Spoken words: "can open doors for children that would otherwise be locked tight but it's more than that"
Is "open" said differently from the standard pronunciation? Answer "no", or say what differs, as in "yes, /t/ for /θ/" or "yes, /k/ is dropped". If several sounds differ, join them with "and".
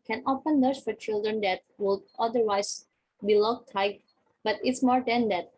yes, /f/ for /p/